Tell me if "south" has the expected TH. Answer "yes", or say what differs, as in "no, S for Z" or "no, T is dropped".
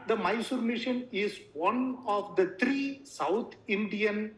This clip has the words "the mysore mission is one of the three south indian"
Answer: no, T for TH